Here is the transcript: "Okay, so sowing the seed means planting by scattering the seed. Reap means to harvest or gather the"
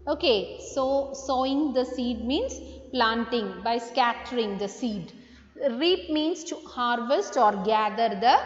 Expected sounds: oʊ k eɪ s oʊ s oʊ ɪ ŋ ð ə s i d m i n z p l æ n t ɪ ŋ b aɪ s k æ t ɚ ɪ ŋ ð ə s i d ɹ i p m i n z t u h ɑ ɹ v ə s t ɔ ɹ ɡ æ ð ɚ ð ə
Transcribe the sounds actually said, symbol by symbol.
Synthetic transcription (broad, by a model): oʊ k eɪ s oʊ s oʊ ɪ ŋ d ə s i d m i n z p l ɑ n t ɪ ŋ b aɪ s k æ t ɚ ɪ ŋ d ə s i d ɹ i p m i n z t u h ɑ ɹ v ə s t ɔ ɹ ɡ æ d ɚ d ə